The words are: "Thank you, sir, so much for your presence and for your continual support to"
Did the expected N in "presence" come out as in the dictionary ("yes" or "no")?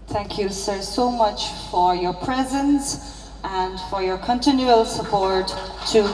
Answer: yes